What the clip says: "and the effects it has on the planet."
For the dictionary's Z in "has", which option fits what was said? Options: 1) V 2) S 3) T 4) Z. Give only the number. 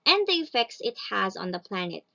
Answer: 4